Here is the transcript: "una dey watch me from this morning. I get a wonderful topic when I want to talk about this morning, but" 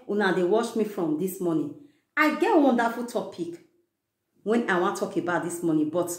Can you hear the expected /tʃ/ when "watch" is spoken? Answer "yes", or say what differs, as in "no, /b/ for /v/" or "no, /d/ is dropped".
no, /ʃ/ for /tʃ/